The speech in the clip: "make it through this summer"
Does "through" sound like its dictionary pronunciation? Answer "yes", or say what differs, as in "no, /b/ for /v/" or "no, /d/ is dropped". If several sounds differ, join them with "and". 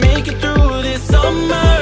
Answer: yes